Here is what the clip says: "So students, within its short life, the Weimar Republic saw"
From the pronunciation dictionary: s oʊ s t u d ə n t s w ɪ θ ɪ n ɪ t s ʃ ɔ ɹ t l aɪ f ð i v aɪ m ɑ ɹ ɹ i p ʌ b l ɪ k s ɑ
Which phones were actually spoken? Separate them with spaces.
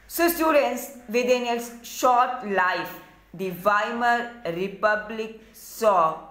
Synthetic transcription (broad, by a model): s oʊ s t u d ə n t s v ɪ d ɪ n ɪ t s ʃ ɔ ɹ t l aɪ f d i v aɪ m ɑ ɹ ɹ i p ʌ b l ɪ k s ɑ